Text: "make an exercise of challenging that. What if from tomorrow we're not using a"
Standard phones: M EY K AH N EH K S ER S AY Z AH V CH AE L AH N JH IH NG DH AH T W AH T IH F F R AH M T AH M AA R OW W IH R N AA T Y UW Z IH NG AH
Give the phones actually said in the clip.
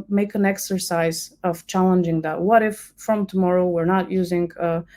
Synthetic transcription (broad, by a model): M EY K AH N EH K S ER S AY Z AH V CH AE L AH N JH IH NG DH AH T W AH T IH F F R AH M T AH M AA R OW W IH R N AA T Y UW Z IH NG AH